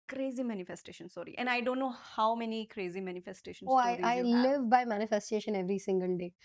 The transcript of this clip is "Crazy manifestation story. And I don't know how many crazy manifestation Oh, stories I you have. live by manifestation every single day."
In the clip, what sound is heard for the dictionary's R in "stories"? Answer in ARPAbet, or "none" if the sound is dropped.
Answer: none